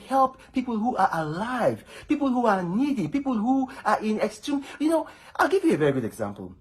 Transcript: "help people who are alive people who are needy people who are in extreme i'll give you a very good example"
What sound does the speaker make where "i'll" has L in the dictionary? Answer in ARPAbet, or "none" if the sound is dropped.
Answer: L